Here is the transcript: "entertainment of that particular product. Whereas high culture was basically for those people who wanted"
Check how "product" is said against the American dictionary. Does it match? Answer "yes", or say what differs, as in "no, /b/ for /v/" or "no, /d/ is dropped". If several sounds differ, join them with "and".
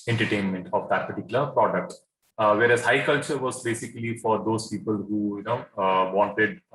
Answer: yes